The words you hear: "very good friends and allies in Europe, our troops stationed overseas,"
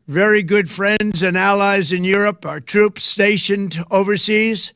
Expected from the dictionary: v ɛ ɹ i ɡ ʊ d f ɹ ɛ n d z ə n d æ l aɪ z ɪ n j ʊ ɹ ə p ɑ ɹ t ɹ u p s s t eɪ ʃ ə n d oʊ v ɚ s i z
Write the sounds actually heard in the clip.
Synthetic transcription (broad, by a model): v ɛ ɹ i ɡ ʊ d f ɹ ɛ n d z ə n æ l aɪ z ɪ n j ʊ ɹ ə p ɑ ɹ t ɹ u p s s t eɪ ʃ ə n d oʊ v ɚ s i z